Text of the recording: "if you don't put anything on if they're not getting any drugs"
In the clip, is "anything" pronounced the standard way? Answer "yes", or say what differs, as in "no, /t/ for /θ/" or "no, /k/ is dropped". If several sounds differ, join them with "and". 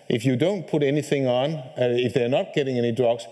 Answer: yes